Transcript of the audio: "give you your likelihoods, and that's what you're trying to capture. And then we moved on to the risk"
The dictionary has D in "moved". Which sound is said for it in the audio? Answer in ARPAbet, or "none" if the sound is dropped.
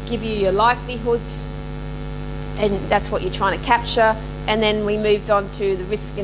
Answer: D